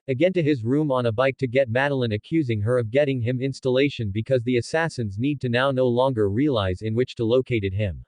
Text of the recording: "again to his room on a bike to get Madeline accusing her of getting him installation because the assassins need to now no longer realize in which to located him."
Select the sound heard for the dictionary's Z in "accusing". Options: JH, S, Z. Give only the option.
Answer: Z